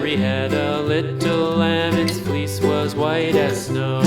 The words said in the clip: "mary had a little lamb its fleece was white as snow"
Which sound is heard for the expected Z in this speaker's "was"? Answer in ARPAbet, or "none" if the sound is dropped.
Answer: Z